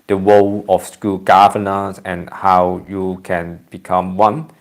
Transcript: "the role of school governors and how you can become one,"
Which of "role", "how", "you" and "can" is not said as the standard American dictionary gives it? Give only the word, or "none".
role